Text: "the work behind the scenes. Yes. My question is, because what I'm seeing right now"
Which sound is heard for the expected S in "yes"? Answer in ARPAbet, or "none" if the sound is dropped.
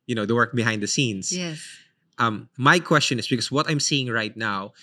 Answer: none